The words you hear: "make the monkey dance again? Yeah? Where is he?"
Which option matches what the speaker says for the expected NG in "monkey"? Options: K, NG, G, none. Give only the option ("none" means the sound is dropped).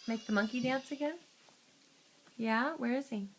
NG